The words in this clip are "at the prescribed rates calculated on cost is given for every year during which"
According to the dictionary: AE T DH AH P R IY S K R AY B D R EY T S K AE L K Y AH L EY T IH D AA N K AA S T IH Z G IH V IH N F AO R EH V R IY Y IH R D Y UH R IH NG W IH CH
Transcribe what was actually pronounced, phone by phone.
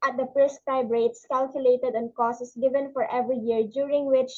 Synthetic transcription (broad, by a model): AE T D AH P R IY S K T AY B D R EY T S K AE L K Y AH L EY T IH D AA N K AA S IH S G IH V IH N F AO R EH V R IY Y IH R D Y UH R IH NG W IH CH